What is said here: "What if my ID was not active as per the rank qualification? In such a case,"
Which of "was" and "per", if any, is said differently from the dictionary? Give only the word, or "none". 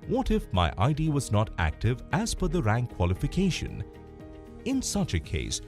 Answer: per